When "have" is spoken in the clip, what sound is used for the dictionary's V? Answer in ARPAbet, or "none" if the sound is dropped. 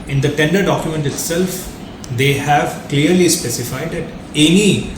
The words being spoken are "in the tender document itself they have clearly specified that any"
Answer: V